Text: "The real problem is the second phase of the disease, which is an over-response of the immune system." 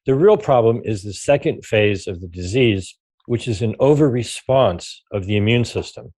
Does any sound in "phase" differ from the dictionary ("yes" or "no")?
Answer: no